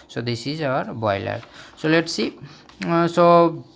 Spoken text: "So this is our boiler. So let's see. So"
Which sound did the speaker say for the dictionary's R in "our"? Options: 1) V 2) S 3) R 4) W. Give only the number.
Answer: 3